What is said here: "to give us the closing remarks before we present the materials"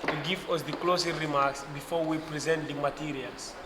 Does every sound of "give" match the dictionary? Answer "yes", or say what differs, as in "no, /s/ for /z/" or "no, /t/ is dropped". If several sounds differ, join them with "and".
no, /w/ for /v/